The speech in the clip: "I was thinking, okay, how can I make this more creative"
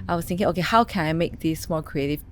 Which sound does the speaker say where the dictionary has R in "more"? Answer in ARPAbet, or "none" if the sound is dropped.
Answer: L